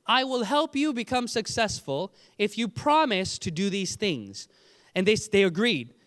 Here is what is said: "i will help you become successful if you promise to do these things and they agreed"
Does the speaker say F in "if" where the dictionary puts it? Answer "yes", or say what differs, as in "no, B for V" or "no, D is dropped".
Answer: yes